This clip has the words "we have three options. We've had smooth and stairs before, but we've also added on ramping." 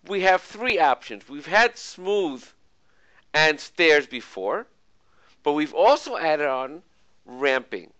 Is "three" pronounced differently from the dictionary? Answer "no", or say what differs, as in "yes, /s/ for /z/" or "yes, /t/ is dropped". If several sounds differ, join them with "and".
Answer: no